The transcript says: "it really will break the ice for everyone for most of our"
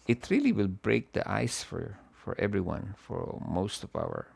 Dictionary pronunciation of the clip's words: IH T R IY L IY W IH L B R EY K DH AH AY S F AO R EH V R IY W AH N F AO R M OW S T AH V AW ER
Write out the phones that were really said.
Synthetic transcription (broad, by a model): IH T R IY L IY W IH L B R EY K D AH AY S F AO R EH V R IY W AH N F AO R M OW S T AH V AW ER